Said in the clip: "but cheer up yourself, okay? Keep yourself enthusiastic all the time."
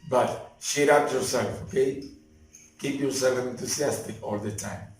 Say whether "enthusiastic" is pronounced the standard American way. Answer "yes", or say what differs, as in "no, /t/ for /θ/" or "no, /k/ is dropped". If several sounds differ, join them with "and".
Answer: no, /t/ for /θ/